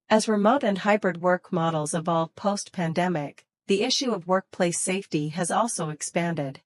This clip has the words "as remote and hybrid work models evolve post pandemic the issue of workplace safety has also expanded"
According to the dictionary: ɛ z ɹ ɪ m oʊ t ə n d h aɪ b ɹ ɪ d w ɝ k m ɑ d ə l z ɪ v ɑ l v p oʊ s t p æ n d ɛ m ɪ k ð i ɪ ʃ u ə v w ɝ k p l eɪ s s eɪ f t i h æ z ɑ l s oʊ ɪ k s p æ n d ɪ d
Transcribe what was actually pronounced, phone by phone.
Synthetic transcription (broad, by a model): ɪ z ɹ ɪ m oʊ t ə n h aɪ b ɹ ɪ d w ɝ k m ɑ d l z ɪ v ɑ l v p oʊ s t p æ n d ɛ m ɪ k ð i ɪ ʃ u ə v w ɝ k p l eɪ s s eɪ f t i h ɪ z ɑ l s oʊ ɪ k s p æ n d ɪ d